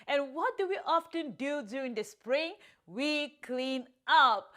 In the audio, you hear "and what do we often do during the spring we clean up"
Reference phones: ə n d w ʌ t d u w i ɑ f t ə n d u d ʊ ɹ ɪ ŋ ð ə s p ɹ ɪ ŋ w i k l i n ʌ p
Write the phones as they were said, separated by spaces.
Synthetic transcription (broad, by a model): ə n w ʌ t d u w i ɑ f t ə n d u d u ɪ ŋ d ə s p ɹ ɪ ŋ w i k l i n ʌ p